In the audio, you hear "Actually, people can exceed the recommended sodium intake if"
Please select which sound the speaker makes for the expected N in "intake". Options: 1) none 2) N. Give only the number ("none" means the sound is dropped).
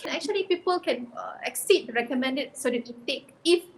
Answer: 1